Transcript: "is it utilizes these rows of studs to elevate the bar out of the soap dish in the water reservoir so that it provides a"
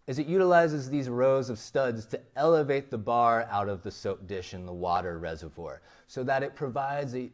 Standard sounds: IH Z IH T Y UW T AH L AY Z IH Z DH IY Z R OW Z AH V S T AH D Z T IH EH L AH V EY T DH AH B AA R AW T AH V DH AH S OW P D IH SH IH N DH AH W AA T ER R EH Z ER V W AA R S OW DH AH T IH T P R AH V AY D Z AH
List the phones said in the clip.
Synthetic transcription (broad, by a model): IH Z IH T Y UW T AH L AY Z IH Z DH IY Z R OW Z AH V S T AH D Z T IH EH L AH V EY T DH AH B AA R AW T AH V DH AH S OW P D IH SH IH N DH AH W AA T ER R EH Z ER V W AA R S OW DH AH T IH T P R AH V AY D Z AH